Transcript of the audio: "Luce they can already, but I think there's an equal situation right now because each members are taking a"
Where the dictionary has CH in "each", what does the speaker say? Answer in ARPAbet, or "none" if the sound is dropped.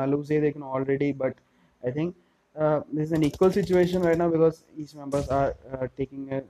S